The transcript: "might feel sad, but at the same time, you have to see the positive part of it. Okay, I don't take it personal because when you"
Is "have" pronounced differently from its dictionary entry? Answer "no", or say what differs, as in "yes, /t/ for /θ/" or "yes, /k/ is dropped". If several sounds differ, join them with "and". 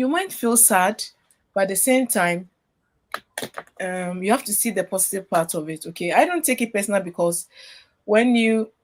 yes, /f/ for /v/